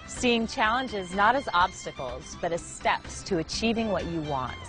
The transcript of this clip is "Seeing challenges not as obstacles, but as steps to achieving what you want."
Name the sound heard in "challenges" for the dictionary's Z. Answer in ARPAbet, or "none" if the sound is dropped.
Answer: Z